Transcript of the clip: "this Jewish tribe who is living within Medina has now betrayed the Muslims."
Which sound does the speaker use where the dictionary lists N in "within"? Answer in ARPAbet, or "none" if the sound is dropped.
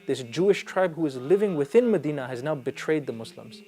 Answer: N